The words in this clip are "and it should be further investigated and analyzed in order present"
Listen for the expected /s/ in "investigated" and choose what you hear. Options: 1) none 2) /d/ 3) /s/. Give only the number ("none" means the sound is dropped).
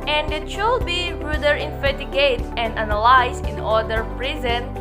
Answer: 1